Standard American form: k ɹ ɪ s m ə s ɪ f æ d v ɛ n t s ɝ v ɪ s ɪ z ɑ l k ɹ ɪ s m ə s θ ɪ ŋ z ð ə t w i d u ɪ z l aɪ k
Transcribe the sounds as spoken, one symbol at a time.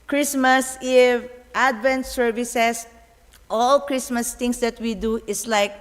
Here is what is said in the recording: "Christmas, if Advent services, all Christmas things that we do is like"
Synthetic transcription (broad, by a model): k ɹ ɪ s m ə s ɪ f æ d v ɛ n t s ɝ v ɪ s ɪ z ɑ l k ɹ ɪ s m ə s t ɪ ŋ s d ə t w i d u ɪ s l aɪ k